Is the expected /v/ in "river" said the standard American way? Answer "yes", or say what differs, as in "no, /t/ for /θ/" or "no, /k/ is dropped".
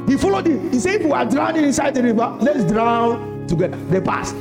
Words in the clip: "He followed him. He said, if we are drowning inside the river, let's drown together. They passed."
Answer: no, /b/ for /v/